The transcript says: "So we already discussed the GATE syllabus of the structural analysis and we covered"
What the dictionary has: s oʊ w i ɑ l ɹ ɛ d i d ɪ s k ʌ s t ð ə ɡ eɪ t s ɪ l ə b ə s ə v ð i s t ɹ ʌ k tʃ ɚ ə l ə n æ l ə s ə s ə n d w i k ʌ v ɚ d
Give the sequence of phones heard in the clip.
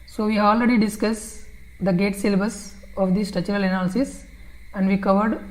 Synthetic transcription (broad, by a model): s oʊ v i ɑ l ɹ ɛ d i d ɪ s k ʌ s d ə ɡ eɪ t s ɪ l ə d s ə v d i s t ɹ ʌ tʃ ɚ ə l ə n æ l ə s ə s ə n d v i k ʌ v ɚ d